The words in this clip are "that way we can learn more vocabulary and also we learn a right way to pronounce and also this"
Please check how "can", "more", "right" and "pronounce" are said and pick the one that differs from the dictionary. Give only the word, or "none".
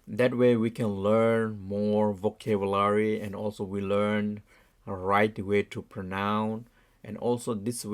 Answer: pronounce